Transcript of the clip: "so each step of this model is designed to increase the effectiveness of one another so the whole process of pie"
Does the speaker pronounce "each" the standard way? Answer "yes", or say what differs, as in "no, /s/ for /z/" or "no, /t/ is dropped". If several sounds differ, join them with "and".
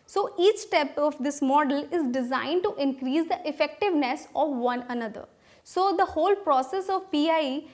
yes